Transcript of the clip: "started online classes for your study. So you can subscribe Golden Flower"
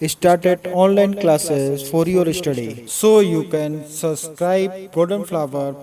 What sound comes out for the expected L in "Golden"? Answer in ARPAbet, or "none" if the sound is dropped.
none